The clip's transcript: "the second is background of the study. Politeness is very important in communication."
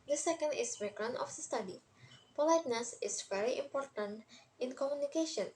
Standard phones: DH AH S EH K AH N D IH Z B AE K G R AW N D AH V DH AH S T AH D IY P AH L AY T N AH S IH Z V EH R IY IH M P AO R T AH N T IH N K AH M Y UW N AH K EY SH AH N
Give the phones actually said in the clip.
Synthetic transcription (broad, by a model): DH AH S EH K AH N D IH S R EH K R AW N AH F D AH S T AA D IY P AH L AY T N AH S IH S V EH R IY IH M P AO R T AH N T IH N K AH M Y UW N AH K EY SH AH N